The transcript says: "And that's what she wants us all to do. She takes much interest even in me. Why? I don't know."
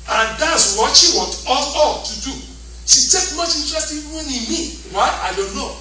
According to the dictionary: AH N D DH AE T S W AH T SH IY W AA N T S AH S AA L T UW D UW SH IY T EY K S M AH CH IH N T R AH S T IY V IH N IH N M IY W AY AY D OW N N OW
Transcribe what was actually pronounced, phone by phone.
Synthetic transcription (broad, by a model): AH N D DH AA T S W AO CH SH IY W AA T AO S AA L T UW D UW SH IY T EY K M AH CH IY N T R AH S T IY W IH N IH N M IY W AY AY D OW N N OW